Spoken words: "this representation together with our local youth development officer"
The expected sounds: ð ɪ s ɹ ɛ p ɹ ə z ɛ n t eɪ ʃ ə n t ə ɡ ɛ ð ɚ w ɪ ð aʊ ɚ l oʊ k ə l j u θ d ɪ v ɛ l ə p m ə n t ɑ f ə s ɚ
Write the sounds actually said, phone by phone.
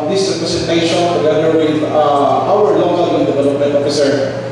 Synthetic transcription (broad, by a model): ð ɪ s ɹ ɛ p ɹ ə s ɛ t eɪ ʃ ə n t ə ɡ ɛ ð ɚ w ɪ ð aʊ ɚ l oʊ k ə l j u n d ɪ v ɛ l ə p m ə n t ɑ f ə s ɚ